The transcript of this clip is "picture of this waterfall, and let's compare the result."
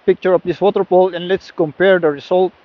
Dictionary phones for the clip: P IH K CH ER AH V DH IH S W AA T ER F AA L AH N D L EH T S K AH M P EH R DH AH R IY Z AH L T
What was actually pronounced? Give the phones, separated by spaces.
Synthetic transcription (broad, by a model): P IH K CH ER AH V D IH S W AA T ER P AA L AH N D L EH T S K AH M P EH R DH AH R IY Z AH L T